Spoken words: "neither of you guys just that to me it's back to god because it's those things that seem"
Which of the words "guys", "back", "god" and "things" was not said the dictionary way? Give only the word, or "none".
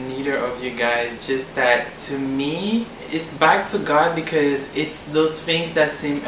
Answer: none